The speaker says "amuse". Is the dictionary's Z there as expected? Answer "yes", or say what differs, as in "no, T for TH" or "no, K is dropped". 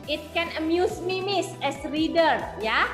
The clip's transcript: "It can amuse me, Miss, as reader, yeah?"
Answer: no, S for Z